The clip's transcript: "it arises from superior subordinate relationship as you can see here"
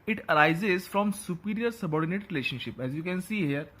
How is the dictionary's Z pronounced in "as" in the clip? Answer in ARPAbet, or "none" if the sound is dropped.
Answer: Z